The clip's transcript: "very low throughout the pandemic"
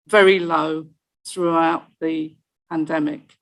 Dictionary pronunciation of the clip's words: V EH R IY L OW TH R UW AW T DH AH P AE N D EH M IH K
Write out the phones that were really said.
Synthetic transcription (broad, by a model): V EH R IY L OW TH R UW AW T DH AH P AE N D EH M IH K